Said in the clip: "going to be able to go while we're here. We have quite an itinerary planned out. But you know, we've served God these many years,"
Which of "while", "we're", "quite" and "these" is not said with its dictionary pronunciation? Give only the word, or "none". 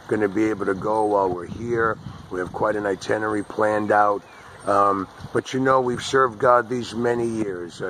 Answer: none